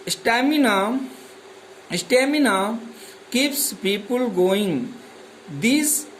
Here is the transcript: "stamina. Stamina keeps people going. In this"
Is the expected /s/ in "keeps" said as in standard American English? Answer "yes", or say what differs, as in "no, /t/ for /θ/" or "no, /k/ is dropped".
yes